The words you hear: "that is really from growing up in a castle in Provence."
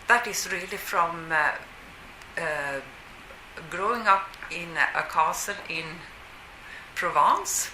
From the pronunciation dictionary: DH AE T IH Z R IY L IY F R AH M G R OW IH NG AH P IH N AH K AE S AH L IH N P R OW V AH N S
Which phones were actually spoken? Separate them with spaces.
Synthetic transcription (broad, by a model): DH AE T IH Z R IY L IY F R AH M G R OW IH NG AH P IH N AH K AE S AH N IH N P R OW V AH N S